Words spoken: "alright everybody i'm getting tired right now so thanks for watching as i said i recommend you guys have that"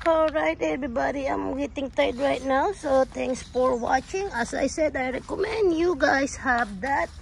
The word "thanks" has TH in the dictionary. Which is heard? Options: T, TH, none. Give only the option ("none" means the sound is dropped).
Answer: T